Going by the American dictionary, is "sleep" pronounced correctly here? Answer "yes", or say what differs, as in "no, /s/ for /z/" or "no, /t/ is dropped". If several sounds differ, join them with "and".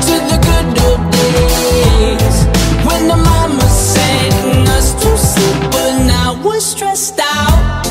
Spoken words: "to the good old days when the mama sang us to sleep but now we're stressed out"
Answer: no, /l/ is dropped